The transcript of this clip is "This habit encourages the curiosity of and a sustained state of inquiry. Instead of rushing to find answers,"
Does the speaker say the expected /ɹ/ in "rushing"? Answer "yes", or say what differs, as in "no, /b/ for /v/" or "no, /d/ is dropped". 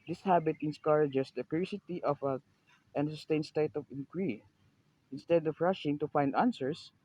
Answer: yes